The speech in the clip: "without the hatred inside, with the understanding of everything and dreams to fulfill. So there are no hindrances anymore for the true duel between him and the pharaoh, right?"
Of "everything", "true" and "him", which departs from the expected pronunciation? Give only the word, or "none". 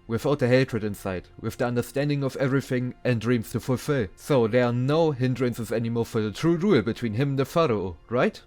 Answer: none